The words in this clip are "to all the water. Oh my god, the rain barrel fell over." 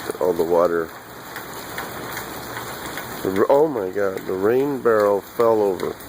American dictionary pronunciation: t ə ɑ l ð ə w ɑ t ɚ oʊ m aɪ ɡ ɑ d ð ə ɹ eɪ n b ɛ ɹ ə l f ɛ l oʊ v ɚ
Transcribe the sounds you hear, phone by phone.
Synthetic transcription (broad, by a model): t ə ɑ l ð ə w ɑ t ɚ oʊ m aɪ ɡ ɑ d ð ə ɹ eɪ n b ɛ ɹ l f ɛ l oʊ v ɚ